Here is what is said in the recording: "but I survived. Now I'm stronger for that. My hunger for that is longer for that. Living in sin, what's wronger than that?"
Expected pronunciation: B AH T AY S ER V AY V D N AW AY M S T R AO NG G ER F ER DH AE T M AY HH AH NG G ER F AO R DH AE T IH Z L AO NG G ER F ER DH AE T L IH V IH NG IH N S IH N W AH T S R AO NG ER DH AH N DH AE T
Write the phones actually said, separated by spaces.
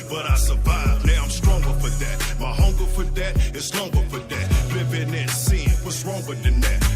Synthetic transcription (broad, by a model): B AH T AY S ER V AY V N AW AY M S T R AO NG G ER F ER DH AE T M AY HH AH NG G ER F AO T DH AE T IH S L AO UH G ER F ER DH AE T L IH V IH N IH N S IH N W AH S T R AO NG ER DH AH N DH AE T